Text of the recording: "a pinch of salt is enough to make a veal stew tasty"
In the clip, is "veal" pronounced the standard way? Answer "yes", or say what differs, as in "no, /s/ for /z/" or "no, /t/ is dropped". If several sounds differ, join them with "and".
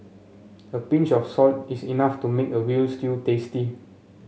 no, /w/ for /v/